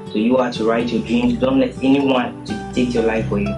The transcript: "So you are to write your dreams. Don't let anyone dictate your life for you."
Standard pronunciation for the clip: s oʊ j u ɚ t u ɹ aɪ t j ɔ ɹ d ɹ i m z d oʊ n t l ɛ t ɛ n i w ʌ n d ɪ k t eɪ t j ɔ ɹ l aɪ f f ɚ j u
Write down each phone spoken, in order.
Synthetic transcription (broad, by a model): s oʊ j u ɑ t u ɹ aɪ t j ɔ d ɹ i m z d oʊ n t l ɛ t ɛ n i w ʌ n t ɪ t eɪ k j ɔ l aɪ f f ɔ j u